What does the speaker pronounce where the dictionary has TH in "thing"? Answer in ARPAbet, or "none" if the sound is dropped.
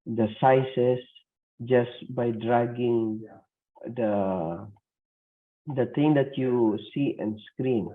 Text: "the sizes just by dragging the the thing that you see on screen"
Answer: T